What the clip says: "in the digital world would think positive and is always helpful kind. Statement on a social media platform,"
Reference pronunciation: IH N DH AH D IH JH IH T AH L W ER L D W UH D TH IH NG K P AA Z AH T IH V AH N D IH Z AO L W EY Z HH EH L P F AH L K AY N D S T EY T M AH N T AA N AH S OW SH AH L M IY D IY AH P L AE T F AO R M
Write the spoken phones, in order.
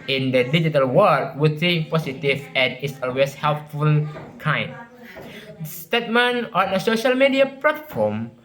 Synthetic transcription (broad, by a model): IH N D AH D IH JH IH T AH L W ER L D W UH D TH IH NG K P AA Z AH T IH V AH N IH S AO L W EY S HH EH L P F AH L K AY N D S T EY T M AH N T AA N AH S OW SH AH L M IY D IY AH P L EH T F AO M